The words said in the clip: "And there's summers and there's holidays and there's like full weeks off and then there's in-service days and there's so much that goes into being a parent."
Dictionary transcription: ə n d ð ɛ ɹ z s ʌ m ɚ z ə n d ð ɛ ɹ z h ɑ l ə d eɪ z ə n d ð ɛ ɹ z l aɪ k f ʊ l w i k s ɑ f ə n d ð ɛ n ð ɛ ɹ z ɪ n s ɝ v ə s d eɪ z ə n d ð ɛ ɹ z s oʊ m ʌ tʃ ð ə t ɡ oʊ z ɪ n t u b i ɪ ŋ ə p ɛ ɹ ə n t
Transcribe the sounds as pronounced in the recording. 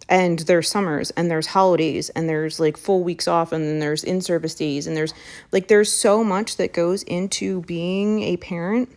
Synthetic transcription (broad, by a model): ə n ð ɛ ɹ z s ʌ m ɚ z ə n ð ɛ ɹ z h ɑ l ə d eɪ z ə n ð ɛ ɹ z l aɪ k f ʊ l w i k s ɑ f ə n ð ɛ n ð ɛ ɹ z ɪ n s ɝ v ə s d eɪ z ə n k ð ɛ ɹ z s oʊ m ʌ tʃ ð ə t ɡ oʊ z ɪ n t u b i ɪ ŋ ə p ɛ ɹ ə n t